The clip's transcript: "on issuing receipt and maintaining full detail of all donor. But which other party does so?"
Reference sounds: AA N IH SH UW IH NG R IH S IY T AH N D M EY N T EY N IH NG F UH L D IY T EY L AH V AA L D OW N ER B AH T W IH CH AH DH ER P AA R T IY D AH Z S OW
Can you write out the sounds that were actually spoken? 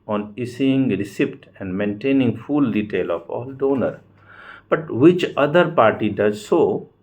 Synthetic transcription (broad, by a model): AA N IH S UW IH NG R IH S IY T AH N D M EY N T EY N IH NG F UH L D IY T EY L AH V AA L D OW N ER B AH T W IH CH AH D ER P AA R T IY D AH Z S OW